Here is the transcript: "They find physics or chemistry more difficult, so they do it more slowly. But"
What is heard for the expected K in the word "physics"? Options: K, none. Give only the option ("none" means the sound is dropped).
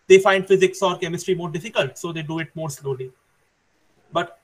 K